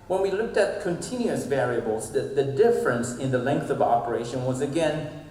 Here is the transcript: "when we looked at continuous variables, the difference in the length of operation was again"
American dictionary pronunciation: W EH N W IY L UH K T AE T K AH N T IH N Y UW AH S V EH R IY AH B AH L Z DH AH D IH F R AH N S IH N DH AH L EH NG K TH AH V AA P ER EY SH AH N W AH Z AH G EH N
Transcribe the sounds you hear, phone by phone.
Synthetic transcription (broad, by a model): W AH N W IY L UH K T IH T K AH N T IH N Y UW AH S V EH R IY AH B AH L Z DH AH D IH F R AH N S IH N DH AH L EH NG K TH AH V AA P ER EY SH AH N W AH Z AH G EH N